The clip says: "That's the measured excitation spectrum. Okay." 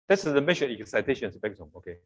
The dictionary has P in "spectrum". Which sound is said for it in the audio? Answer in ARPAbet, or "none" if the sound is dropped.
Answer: B